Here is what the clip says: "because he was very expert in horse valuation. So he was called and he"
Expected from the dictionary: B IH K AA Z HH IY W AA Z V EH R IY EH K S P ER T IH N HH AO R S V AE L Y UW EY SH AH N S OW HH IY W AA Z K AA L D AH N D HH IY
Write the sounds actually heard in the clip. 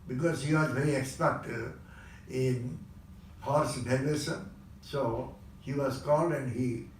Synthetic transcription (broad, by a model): B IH K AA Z HH IY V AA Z V EH R IY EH K S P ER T IH N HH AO R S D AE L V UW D S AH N S OW HH IY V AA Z K AA L D AH N D HH IY